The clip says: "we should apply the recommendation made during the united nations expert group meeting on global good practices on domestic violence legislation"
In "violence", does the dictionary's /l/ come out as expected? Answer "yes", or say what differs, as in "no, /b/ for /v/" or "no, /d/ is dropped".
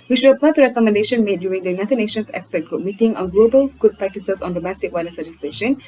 no, /n/ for /l/